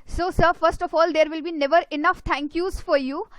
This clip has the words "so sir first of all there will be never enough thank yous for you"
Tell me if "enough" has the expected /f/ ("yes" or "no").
yes